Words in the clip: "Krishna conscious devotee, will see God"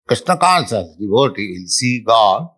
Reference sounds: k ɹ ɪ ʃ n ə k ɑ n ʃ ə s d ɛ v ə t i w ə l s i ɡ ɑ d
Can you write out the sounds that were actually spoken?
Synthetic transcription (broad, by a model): k ɹ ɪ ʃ n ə k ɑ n s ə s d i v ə t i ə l s i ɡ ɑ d